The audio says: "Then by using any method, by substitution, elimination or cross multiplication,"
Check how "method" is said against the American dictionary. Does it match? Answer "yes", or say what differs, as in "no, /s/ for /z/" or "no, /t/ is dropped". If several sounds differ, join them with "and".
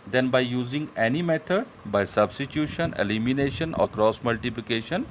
no, /t/ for /θ/